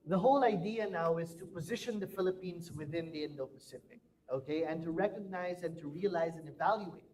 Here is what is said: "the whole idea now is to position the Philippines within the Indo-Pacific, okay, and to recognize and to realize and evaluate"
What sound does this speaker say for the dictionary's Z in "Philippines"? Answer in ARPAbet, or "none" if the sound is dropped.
Z